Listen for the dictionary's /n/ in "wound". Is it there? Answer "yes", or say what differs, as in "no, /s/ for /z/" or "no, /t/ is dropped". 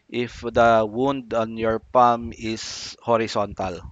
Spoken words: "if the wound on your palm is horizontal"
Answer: yes